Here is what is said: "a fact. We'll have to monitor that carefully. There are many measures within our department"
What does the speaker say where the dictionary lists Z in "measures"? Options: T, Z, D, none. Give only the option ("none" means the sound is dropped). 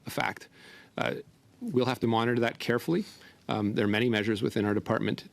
Z